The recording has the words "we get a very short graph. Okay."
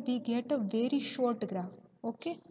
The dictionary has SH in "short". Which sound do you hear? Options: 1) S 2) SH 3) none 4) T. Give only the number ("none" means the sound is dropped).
2